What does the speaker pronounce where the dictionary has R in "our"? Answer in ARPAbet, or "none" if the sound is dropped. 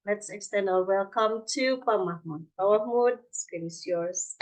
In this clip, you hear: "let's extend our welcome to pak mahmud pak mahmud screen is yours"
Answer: L